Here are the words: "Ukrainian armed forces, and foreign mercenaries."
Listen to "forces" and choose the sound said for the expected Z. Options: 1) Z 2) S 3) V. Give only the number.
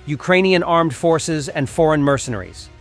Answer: 1